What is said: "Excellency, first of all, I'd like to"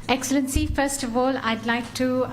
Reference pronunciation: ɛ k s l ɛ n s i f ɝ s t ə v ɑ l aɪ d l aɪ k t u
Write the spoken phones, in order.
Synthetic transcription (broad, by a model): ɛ k s l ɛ n s i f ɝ s t ə v ɑ l aɪ d l aɪ k t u